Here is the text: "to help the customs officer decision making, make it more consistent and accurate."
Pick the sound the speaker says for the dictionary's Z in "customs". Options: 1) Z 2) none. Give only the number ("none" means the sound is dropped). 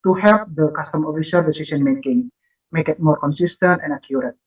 2